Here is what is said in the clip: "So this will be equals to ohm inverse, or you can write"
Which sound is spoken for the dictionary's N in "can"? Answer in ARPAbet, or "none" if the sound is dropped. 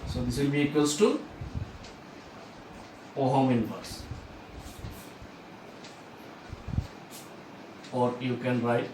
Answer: N